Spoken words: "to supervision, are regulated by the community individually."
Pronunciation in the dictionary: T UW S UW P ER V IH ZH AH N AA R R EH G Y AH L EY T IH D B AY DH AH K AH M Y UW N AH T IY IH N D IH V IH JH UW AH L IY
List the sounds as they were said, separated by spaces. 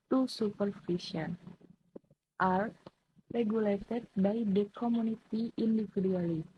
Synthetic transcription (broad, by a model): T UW S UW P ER F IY SH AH N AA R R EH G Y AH L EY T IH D B AY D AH K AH M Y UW N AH T IY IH N D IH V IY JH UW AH L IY